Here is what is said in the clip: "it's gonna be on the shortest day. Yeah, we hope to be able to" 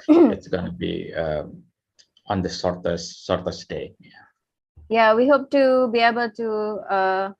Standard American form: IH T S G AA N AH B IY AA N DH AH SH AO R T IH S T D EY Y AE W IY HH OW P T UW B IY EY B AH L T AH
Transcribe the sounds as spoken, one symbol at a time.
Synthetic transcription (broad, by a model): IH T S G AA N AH B IY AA N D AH S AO R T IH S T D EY Y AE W IY HH OW P T UW B IY EY B AH L T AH